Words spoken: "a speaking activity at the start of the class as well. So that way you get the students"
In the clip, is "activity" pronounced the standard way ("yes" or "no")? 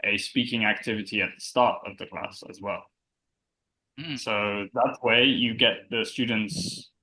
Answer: yes